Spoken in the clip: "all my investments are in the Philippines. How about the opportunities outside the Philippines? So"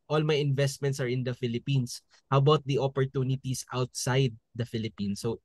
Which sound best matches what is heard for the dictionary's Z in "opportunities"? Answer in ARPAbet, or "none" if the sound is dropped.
S